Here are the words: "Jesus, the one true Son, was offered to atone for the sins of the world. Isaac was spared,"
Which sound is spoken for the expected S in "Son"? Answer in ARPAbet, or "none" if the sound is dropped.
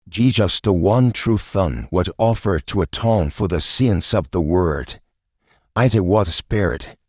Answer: TH